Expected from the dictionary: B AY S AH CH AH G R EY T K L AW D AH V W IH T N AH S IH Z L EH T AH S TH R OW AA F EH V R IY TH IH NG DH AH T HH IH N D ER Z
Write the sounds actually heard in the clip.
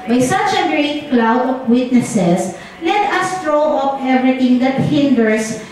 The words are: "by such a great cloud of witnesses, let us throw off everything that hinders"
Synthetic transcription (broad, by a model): B AY S AH CH AH G R EY T K L AW D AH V W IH T N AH S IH S L EH T AH S T R OW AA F EH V R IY T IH NG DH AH T HH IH N D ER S